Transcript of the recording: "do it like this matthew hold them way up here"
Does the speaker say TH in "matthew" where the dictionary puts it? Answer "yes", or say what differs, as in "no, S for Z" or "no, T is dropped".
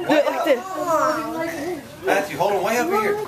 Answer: no, S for TH